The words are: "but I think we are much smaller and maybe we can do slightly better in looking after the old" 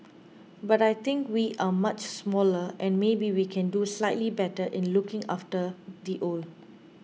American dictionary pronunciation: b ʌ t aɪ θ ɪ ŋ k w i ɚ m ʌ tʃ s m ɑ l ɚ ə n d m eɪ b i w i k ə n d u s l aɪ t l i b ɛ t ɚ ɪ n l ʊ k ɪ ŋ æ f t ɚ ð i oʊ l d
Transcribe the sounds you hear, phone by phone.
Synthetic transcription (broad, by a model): b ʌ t aɪ t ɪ ŋ k w i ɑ m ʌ tʃ s m ɑ l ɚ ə n m eɪ b i w i k ə n d u s l aɪ t l i b ɛ t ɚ ɪ n l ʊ k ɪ ŋ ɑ f t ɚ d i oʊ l